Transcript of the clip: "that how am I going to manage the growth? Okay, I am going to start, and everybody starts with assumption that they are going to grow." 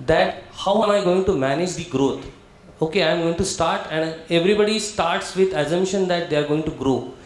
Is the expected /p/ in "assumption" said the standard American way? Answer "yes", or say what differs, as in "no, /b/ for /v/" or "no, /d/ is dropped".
no, /p/ is dropped